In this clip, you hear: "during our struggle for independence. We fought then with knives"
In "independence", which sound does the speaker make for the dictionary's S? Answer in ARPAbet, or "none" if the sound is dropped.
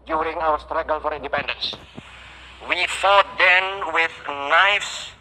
S